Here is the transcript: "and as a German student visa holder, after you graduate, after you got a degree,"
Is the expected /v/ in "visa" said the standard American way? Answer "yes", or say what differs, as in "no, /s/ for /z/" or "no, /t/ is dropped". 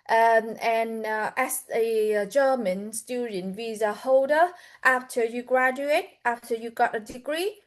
yes